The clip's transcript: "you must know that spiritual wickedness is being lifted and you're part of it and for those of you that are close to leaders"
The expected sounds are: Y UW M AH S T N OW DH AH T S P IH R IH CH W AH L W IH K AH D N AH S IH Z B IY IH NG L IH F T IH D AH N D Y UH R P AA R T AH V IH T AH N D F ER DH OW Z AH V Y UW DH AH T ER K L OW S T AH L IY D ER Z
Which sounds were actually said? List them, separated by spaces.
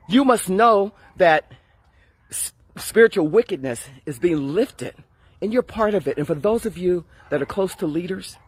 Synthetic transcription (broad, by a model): Y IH M AH S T N OW DH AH T S P IH R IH CH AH L W IH K AH D N AH S IH Z B IY IH NG L IH F T IH D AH N Y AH R P AA R T AH V IH T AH N F ER DH OW Z AH V Y UW DH AH T ER K L OW S T AH L IY D ER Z